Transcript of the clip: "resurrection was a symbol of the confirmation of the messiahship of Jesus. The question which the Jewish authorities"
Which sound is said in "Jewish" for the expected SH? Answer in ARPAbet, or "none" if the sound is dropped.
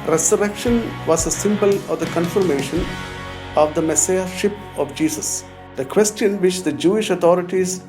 SH